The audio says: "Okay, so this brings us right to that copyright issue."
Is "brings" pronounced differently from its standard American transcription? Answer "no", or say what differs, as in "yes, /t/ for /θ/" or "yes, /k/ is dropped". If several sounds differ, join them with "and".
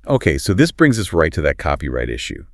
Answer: no